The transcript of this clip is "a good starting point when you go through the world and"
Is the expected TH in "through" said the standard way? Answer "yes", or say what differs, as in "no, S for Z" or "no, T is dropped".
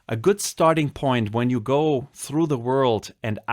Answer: yes